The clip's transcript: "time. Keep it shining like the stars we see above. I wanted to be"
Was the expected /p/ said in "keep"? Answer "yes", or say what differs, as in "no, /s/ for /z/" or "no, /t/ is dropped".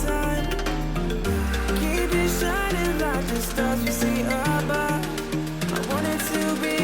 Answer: no, /b/ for /p/